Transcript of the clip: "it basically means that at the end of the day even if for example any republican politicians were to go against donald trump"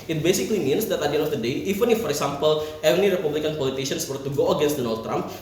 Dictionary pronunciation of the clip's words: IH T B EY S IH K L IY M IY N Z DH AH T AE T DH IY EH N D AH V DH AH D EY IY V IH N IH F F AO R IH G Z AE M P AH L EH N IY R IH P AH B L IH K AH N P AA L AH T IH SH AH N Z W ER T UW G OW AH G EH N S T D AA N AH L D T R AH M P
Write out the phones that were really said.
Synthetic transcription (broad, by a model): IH T B EY S IH K L IY M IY N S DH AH T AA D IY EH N AH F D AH D EY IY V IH N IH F F AO R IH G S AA M P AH L EH N IY R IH P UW B L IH K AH N P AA L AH T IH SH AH N S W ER T UW G OW AH G EH N S T D AA N AH L D T R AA M P